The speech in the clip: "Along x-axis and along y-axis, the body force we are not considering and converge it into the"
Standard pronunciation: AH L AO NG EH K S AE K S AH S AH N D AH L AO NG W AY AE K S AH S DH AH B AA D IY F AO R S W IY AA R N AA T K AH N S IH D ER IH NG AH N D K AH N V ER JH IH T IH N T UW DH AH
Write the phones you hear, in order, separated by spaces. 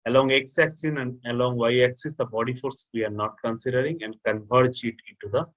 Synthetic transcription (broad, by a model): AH L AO NG EH K S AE K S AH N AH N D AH L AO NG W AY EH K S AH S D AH B AA D IY F AO R S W IY AA R N AA T K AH N S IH D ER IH NG AH N D K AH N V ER CH IH T IH N T UW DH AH